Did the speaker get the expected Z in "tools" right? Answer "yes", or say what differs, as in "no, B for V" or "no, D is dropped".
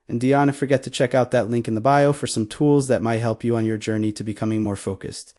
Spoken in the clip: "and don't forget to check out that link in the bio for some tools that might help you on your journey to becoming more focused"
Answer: yes